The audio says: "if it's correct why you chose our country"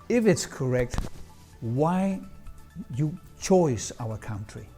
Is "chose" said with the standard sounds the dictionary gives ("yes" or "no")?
no